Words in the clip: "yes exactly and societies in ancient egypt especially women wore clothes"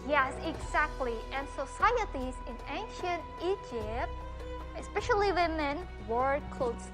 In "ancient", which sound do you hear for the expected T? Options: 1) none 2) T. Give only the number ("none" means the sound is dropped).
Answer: 2